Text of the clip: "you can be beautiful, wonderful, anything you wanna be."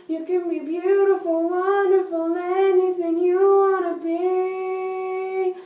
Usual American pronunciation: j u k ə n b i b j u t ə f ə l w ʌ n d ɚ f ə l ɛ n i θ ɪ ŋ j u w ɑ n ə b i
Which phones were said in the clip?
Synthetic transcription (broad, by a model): j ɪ k ə n b i b j u t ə f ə l w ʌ n d ɚ f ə l ɛ n i θ ɪ ŋ j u w ɑ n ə b i